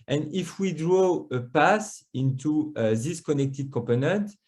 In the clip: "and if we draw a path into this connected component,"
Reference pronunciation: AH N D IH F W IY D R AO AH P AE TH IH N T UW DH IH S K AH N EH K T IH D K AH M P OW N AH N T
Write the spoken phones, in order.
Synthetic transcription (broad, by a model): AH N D IH F W IY D R AO AH P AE S IH N T UW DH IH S K AH N EH K T IH D K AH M P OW N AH N T